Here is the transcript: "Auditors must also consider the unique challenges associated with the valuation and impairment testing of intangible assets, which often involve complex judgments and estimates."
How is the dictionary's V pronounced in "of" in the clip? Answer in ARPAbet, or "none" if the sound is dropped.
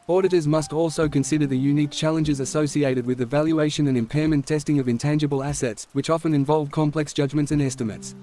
V